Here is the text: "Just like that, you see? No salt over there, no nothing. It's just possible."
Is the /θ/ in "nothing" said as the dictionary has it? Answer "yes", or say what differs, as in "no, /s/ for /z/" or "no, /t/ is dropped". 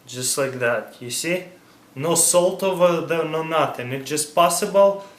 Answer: no, /t/ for /θ/